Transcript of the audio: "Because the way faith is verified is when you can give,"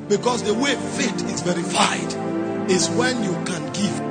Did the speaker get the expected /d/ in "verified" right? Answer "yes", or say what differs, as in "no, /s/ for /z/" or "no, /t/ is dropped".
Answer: yes